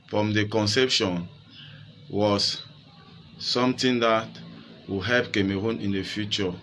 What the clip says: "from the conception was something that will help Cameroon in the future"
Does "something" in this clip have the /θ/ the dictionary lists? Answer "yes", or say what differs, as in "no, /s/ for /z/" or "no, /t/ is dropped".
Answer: no, /t/ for /θ/